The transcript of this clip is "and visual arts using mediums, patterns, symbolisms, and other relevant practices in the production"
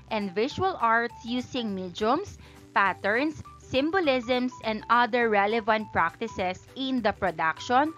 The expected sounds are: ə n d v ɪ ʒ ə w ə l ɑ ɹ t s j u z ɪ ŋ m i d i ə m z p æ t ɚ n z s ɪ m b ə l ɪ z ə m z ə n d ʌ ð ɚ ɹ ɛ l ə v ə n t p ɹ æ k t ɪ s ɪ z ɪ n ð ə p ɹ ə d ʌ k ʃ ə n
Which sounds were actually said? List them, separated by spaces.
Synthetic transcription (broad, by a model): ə n d v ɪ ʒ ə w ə l ɑ ɹ t s j u s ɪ ŋ m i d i m s p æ t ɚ n s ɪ m b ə l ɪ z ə m s ə n d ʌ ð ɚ ɹ ɛ l ə v ə n t p ɹ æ k t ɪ s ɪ s ɪ n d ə p ɹ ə d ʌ k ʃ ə n